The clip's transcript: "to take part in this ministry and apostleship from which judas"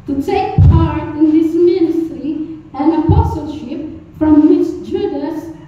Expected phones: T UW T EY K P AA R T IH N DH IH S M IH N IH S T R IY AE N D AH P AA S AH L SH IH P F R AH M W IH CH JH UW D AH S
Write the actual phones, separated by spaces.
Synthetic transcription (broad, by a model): T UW T EY K P AA R T IH N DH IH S M IH N IH S T R IY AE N AH P AA S AH L SH IH P F R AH M W IH CH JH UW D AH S